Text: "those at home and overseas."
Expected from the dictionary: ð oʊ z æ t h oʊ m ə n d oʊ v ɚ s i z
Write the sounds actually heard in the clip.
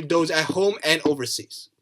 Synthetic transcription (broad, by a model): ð oʊ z æ t h oʊ m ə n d oʊ v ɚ s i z